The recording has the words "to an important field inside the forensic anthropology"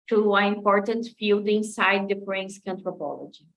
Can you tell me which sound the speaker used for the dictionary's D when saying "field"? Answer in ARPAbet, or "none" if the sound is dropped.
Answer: D